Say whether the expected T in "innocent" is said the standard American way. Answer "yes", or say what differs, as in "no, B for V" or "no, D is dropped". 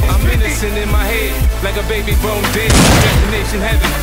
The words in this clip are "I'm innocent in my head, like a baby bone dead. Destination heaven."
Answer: no, T is dropped